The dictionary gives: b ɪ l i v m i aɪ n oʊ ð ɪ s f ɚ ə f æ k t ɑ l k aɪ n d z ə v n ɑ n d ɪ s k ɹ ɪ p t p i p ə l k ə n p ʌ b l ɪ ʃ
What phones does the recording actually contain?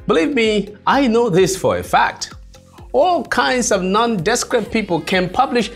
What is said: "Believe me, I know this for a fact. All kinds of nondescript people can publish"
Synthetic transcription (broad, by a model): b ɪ l i v m i aɪ n oʊ ð ɪ s f ɚ ə f æ k t ɑ l k aɪ n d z ə v n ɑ n d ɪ s k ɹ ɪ t p i p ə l k ə n p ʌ b l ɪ ʃ